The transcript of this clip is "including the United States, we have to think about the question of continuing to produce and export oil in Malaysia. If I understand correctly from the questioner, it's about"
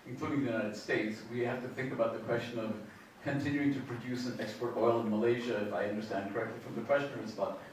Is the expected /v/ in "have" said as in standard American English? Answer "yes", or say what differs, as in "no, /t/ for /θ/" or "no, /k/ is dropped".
no, /f/ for /v/